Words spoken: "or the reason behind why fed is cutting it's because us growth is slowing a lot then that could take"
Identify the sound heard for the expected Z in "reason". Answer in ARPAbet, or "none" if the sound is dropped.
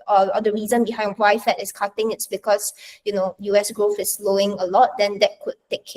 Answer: Z